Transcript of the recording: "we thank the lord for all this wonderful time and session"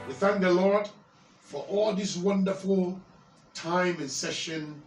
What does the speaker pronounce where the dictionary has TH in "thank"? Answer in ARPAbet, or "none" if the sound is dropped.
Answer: TH